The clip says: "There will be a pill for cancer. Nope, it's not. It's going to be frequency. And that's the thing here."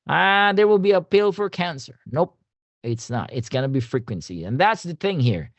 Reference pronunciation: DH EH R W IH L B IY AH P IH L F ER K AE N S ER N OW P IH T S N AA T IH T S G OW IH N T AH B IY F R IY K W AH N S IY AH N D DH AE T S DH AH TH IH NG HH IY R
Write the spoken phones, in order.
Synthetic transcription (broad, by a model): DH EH R W IH L B IY AH P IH L F ER K AE N S ER N OW P IH T S N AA T IH T S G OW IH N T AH B IY F R IY K W AH N S IY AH N DH AE T S DH AH TH IH NG HH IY R